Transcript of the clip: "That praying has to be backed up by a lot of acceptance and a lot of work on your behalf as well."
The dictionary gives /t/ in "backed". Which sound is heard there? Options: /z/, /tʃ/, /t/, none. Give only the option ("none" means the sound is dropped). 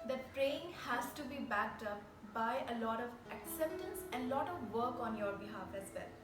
/t/